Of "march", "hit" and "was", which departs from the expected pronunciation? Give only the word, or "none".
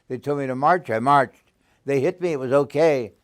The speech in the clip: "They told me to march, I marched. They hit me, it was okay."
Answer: none